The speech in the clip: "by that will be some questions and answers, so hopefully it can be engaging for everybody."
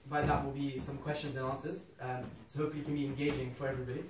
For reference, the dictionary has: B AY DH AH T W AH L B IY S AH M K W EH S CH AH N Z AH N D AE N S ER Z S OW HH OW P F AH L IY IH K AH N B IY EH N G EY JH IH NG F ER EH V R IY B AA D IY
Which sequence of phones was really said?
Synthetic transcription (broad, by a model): B AY DH AH T W AH L B IY S AH M K W EH S CH AH N Z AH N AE N S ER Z S OW HH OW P F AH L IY K AH N B IY EH N G EY JH IH NG F ER EH V R IY B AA D IY